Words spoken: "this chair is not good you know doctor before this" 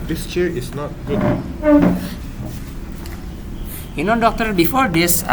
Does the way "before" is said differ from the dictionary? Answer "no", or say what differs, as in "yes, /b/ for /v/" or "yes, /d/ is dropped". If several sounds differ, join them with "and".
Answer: no